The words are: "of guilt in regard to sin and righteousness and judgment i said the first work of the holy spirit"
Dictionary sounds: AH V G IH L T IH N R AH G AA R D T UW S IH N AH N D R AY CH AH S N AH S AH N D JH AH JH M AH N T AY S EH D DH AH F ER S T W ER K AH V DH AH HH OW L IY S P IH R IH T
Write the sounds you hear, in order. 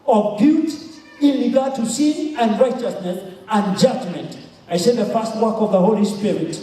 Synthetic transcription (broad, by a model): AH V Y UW T IH N R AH G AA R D T UW S IH N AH N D R AY CH AH S N AH S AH N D JH AH JH M AH N T AY S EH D DH AH F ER S T W ER K AH V DH AH HH OW L IY S P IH R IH T